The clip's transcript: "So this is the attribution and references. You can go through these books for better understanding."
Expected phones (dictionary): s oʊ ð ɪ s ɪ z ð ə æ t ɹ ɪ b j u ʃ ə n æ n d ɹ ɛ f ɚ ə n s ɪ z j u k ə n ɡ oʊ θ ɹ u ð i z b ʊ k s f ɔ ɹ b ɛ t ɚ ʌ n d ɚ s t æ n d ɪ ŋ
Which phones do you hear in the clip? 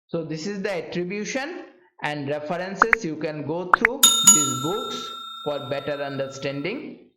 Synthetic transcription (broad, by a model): s oʊ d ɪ s ɪ z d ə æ t ɹ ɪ b j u ʃ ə n æ n d ɹ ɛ f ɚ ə n s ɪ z j u k ə n ɡ oʊ t ɹ u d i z b ʊ k s f ɔ ɹ b ɛ t ɚ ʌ n d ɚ s t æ n d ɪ ŋ